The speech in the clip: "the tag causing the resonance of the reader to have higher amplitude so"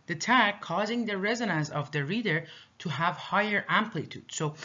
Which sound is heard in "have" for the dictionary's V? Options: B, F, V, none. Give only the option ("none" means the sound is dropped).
V